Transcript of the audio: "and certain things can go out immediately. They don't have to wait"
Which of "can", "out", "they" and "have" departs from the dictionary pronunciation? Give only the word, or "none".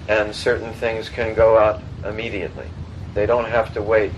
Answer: have